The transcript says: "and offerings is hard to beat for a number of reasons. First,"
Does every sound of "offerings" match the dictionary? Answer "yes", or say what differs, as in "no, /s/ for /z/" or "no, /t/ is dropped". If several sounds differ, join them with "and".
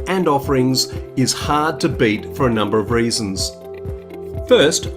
yes